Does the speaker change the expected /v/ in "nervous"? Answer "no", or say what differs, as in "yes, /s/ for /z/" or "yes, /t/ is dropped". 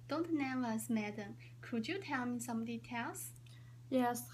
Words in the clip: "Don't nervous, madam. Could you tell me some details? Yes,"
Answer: yes, /v/ is dropped